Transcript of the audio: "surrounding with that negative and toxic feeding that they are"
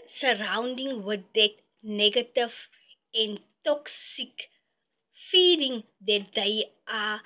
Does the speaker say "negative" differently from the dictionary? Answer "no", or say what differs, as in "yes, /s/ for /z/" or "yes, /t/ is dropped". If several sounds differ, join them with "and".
yes, /f/ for /v/